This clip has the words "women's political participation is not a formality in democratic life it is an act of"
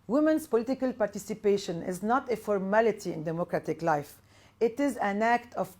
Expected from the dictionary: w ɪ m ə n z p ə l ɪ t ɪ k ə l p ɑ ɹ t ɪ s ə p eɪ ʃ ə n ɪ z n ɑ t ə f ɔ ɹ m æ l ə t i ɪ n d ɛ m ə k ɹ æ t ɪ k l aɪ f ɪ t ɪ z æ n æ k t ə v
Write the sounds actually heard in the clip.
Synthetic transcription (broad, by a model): w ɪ m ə n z p ə l ɪ t ɪ k ə l p ɑ ɹ t ɪ s ə p eɪ ʃ ə n ɪ z n ɑ t ə f ɔ ɹ m æ l ə t i ɪ n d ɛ m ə k ɹ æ t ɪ k l aɪ f ɪ t ɪ z æ n æ k t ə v